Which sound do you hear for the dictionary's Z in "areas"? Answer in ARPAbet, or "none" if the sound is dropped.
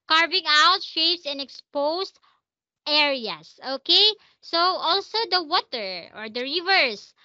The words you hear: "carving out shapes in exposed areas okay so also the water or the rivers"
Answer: S